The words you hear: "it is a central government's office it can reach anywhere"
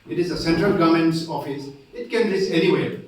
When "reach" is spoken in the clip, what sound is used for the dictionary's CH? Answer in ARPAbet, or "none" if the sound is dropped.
S